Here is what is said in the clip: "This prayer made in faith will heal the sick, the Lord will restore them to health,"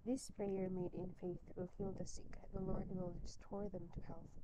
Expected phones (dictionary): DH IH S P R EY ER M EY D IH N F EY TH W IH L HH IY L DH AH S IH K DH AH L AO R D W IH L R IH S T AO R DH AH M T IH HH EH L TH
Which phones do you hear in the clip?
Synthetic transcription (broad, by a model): DH IH S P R EY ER M EY D IH N F EY TH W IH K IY L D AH S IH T DH AH L AO R D W IH L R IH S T AO R DH AH M T IH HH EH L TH